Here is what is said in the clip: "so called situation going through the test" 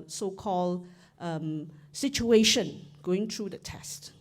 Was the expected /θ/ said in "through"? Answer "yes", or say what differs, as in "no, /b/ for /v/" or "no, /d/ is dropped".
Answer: no, /t/ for /θ/